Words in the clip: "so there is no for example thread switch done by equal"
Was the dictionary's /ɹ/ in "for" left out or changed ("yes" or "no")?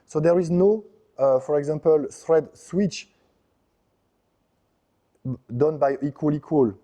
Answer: no